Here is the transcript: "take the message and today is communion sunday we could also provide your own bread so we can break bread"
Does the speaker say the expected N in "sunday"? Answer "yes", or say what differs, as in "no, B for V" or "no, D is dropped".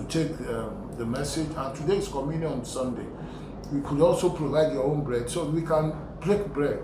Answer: yes